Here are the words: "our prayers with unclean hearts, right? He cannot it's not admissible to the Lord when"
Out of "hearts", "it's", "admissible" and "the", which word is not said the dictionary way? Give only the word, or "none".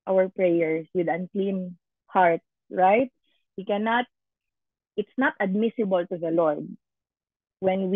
hearts